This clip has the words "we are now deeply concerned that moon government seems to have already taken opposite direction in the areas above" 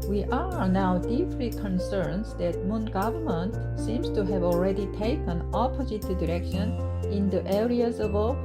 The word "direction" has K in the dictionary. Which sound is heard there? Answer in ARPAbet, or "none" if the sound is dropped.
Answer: K